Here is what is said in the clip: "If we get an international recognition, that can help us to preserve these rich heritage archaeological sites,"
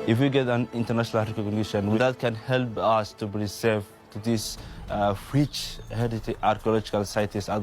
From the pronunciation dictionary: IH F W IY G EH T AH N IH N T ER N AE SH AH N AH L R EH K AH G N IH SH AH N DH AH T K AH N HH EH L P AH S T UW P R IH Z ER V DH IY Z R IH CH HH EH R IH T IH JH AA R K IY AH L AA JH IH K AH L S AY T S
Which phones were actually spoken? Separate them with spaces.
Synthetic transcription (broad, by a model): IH F W IY G EH T AH N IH N T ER N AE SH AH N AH L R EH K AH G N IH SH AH N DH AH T K AH N HH EH L P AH S T UW B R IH S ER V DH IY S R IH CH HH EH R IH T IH AA R K IY AH L AA JH IH K AH L S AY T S